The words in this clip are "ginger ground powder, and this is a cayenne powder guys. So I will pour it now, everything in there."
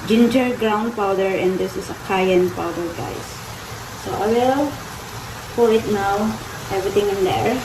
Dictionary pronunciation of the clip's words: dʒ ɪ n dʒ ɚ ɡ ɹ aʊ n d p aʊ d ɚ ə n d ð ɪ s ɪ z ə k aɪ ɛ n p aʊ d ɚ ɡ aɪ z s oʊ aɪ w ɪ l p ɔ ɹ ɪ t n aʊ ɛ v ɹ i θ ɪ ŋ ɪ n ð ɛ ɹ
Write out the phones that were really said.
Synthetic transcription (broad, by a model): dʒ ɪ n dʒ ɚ ɡ ɹ aʊ n d p aʊ d ɚ ə n d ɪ s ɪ s ə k aɪ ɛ n p aʊ d ɚ ɡ aɪ s oʊ aɪ w ɪ l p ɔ l ɪ t n aʊ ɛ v ɹ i t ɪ ŋ ɪ n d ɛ ɹ